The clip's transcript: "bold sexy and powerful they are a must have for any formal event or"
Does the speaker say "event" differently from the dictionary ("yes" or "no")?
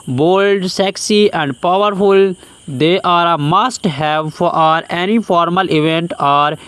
no